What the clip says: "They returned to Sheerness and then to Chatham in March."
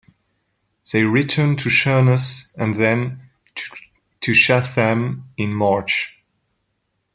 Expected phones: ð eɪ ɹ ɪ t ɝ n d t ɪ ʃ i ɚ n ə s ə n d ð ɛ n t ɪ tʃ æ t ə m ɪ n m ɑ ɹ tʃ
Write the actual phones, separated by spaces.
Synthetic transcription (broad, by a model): ð eɪ ɹ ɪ t ɝ n t ɪ ʃ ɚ n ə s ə n ð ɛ n t ɪ ʃ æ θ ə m ɪ n m ɑ ɹ tʃ